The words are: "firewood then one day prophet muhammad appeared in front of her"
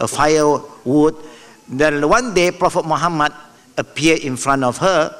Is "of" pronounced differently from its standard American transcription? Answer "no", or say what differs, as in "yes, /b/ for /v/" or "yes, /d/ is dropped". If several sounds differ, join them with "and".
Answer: yes, /f/ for /v/